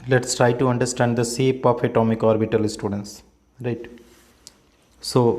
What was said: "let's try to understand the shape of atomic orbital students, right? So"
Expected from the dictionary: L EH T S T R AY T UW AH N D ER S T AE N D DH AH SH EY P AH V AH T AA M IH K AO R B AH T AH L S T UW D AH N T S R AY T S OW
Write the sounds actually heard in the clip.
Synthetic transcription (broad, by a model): L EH T S T R AY T UW AH N D ER S T AE N D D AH S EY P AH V AH T AA M IH K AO R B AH T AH L S T UW D AH N T S R AY T S OW